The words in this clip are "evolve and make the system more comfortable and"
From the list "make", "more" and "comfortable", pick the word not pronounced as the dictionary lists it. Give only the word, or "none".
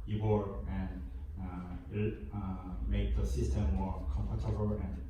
comfortable